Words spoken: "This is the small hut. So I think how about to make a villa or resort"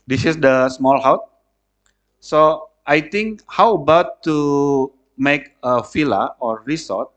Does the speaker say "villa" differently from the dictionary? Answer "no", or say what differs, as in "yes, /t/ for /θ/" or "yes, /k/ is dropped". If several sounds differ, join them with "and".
yes, /f/ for /v/